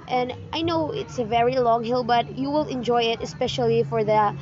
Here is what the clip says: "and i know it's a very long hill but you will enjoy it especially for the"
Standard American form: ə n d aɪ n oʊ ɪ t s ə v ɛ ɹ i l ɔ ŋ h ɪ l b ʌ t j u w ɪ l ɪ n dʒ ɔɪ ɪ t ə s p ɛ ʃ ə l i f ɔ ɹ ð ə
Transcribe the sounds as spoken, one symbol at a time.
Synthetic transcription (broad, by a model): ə n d aɪ n oʊ ɪ t s ə v ɛ ɹ i l ɔ ŋ h ɪ l b ʌ t j u w ɪ l ɪ n dʒ ɔɪ ɪ t ə s p ɛ ʃ ə l i f ɔ ɹ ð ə